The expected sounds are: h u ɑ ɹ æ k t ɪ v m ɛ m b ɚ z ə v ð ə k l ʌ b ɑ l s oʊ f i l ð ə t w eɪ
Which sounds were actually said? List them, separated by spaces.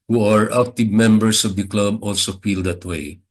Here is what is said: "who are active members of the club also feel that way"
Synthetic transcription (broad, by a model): h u ɑ ɹ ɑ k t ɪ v m ɛ m b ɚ s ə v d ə k l ʌ b ɑ l s oʊ f i l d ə t w eɪ